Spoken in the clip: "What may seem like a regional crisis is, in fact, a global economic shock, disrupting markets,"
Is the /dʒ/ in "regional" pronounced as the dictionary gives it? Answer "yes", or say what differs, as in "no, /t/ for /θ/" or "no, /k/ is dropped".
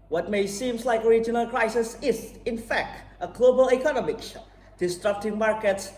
yes